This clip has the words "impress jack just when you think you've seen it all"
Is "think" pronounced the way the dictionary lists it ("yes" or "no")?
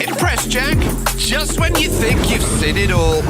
yes